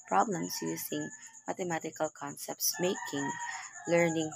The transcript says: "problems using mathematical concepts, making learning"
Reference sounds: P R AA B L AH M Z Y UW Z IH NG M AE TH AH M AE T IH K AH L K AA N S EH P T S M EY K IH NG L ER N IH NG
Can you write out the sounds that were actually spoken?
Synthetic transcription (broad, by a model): P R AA B L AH M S Y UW S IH NG M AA T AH M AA T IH K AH L K AA N S EH P T S M EY K IH NG L ER N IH NG